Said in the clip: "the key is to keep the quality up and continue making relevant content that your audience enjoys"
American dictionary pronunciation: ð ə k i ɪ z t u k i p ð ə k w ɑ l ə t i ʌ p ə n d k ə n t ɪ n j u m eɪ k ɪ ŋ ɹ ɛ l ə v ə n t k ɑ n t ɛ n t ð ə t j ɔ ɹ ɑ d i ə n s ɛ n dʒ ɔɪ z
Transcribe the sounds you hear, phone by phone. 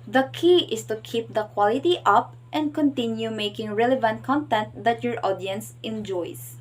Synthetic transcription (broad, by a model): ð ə k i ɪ s t u k i p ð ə k w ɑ l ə t i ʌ p ə n d k ə n t ɪ n j u m eɪ k ɪ ŋ ɹ ɛ l ə v ə n t k ɑ n t ɛ n t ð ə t j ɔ ɹ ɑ d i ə n s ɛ n dʒ ɔɪ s